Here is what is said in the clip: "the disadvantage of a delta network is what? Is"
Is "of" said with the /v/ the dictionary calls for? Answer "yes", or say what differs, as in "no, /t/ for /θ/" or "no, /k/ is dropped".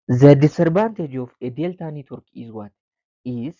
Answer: no, /f/ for /v/